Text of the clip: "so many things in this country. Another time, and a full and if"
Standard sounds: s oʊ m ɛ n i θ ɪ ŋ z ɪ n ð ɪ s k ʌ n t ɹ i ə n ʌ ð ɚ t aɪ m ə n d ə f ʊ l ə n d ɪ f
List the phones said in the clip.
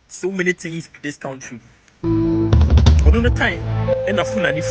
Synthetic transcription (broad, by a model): s oʊ m ɛ n i t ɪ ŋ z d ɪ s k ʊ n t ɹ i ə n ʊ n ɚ t aɪ m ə n ə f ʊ n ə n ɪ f